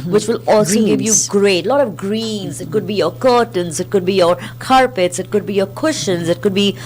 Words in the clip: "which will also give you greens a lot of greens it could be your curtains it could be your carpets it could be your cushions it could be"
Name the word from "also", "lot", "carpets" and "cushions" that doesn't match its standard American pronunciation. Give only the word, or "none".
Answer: none